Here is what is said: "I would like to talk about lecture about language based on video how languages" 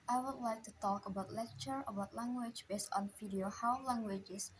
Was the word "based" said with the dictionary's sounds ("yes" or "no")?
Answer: yes